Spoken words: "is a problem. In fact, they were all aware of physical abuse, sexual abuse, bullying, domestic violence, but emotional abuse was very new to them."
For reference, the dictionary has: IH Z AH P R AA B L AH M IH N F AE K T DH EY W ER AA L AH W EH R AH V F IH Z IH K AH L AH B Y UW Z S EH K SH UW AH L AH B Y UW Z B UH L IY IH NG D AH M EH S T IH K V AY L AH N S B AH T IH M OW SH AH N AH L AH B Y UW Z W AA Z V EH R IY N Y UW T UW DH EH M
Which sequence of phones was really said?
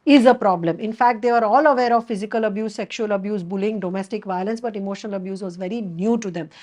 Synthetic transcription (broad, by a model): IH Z AH P R AA B L AH M IH N F AE K T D EY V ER AA L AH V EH R AH V F IH Z IH K AH L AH B Y UW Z S EH K SH UW AH L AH B Y UW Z B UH L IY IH NG D AH M EH S T IH K V AY L AH N S B AH T IH M OW SH AH N AH L AH B Y UW Z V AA Z V EH R IY N Y UW T UW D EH M